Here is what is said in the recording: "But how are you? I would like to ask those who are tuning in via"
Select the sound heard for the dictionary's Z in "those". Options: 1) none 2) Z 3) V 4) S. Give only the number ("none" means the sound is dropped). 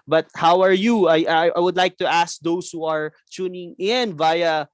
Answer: 4